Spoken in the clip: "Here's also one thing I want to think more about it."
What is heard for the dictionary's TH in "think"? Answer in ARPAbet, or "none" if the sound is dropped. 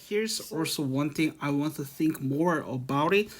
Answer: TH